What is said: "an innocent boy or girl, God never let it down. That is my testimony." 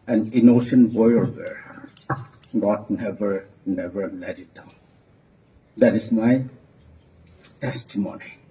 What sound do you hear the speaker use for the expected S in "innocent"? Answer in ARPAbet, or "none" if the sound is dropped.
SH